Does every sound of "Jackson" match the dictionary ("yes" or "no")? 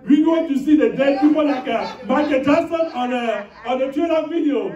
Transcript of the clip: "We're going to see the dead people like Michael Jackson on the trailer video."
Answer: no